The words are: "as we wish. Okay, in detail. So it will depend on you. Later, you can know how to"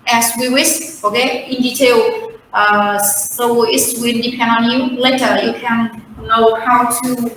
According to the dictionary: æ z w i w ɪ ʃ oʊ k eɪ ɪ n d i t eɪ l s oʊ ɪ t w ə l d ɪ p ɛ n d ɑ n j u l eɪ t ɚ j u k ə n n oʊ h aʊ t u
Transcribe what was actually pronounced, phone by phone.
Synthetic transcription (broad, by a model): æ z w i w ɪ s oʊ k eɪ ɪ n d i t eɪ l s oʊ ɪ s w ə n d ɪ p ɛ n d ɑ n j u l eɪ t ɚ j u k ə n n oʊ h aʊ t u